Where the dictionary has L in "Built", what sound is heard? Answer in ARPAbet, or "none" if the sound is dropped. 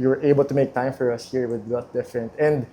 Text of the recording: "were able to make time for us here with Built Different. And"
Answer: none